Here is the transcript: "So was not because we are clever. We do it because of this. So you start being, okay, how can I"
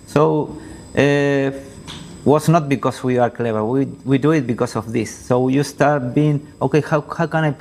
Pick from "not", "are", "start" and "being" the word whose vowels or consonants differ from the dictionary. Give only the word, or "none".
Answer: none